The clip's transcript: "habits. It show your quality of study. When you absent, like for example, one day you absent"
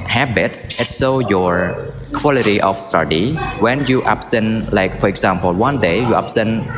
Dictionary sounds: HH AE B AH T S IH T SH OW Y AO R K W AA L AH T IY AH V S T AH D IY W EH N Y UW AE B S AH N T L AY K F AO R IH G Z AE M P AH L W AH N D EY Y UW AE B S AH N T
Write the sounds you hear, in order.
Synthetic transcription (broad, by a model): HH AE B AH T S IH T S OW Y AO R K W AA L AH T IY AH F S T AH D IY W EH N Y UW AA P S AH N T L AY K F AO R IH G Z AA M P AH L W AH N D EY Y UW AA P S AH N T